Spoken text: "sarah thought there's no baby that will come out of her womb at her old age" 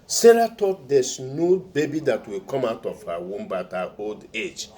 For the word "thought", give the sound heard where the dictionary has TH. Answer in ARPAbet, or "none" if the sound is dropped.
T